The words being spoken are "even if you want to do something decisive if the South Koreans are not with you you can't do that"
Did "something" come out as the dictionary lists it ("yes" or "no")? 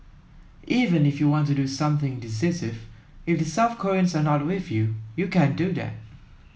yes